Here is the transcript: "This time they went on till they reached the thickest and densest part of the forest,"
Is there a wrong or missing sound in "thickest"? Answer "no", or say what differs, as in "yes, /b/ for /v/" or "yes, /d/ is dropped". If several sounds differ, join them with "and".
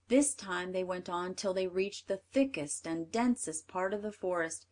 no